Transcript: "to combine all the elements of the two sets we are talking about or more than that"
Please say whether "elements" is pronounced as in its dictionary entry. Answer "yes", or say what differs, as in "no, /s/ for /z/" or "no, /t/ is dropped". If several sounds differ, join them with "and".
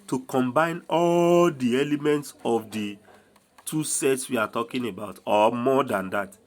yes